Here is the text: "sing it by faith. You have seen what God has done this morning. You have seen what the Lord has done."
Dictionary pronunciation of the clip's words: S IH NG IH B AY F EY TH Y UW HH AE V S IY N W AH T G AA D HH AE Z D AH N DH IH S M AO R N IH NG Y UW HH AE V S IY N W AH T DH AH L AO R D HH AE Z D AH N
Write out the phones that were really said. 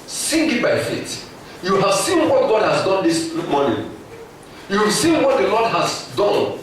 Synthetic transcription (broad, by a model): S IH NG IH B AY F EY T Y UW HH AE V S IY N W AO T G AA D HH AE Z D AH N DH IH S M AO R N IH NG Y UW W S IY N W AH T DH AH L AO D HH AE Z D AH N